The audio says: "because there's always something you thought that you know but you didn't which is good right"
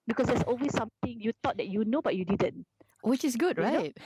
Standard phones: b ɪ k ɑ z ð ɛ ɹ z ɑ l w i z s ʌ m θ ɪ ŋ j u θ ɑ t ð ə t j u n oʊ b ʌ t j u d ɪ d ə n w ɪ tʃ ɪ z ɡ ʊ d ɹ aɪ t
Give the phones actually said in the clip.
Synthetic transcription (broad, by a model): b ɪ k ɑ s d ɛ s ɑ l w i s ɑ m t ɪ ŋ j u t ɑ t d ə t j u n oʊ b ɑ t j u d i d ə n w ɪ tʃ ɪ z ɡ ʊ d ɹ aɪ t